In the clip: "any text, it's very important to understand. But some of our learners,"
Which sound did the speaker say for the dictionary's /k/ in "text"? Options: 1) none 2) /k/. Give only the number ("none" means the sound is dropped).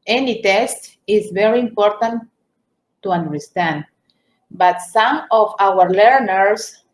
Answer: 1